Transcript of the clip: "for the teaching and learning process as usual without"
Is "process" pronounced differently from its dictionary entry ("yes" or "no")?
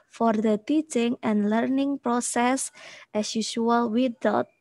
no